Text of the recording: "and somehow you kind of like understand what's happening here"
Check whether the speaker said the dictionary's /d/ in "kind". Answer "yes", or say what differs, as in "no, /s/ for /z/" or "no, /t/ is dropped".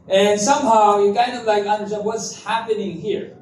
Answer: yes